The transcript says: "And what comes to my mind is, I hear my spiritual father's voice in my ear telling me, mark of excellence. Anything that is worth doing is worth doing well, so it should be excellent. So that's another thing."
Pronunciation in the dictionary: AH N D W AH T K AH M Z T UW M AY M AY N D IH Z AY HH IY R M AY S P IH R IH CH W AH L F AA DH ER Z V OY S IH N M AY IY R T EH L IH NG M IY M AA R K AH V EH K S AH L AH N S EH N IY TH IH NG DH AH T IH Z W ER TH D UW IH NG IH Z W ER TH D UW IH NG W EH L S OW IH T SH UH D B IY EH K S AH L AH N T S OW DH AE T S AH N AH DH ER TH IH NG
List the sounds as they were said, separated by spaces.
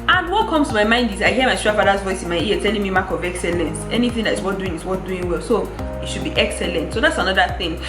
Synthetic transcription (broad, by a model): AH N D W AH T K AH M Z T UW M AY M AY N D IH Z AY HH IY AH M AY S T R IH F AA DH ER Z V OY S IH N M AY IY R T EH L IH NG M IY M AA K AH V EH K S AH L AH N S EH N IY TH IH NG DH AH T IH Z W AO T D UW IH NG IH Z W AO T D UW IH NG W EH L S OW IH T SH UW D B IY EH K S AH L AH N T S OW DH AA T S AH N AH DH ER TH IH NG